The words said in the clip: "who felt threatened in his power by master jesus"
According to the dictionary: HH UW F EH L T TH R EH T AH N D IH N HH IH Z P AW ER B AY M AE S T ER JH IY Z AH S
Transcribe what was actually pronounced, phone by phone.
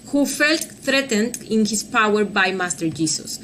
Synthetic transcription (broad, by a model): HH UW F EH L T TH R EH T AH N D IH N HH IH S P AW ER B AY M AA S T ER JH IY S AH S